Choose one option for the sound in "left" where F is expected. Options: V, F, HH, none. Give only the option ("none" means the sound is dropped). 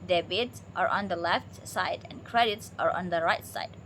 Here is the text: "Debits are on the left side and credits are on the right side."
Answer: F